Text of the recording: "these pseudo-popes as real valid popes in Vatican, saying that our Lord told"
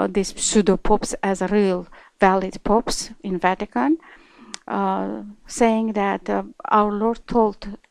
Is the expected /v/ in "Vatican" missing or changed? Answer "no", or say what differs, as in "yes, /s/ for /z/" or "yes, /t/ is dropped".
no